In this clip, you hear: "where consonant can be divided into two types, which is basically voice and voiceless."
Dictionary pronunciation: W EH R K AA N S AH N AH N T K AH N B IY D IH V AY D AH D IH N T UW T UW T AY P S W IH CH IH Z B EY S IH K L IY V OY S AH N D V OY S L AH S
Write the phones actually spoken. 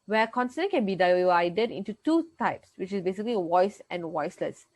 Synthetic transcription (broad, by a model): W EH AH K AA N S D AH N K AH N B IY D IH V AY D AH D IH N T UW T UW T AY P S W IH CH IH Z B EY S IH K L IY W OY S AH N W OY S L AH S